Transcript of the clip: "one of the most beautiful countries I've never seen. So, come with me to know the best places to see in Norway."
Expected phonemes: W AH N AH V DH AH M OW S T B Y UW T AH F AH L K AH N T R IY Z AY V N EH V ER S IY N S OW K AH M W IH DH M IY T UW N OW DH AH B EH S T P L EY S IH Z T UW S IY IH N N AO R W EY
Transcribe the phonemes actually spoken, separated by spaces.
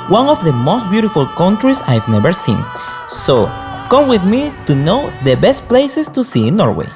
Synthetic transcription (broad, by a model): W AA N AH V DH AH M OW S T B Y UW T AH F AH L K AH N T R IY S AY V N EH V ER S IY N S OW K AH M W IH DH M IY T UW N OW DH AH B EH S T P L EY S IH S T UW S IY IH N N AO R W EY